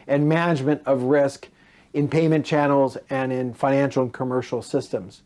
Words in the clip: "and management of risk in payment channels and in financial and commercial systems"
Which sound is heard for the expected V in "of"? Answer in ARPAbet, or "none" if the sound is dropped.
V